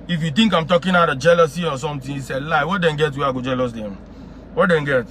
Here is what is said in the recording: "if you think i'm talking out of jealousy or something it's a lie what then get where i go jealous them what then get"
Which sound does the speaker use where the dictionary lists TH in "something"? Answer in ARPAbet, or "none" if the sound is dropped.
T